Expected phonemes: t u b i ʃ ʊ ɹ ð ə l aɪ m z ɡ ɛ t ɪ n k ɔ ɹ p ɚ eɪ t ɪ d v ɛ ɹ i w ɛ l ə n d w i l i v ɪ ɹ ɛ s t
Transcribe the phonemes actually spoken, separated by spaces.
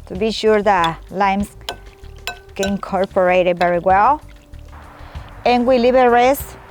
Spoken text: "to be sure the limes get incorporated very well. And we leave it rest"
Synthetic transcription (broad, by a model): t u b i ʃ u ɹ ð ə l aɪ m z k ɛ ɪ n k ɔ ɹ p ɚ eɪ t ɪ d v ɛ ɹ i w ɛ l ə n w i l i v ɪ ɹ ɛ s